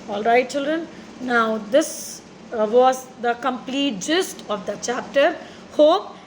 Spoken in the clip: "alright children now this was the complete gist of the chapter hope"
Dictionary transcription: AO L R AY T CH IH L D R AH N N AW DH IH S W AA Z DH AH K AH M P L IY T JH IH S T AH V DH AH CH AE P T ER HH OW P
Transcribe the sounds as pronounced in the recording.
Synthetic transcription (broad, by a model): AO L R AY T CH IH L D R AH N N AW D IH S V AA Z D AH K AH M P L IY T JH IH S T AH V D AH CH AE P T ER HH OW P